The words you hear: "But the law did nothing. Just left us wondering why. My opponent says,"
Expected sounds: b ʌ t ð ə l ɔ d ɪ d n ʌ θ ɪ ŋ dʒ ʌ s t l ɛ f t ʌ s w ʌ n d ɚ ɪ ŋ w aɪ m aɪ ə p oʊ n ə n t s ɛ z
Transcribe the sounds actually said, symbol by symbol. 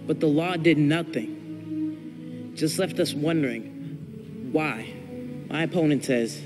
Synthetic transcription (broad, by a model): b ʌ t ð ə l ɔ d ɪ d n ʌ θ ɪ ŋ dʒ ʌ s t l ɛ f t ʌ s w ʌ n d ɚ ɪ ŋ w aɪ m aɪ ə p oʊ n ə n t s ɛ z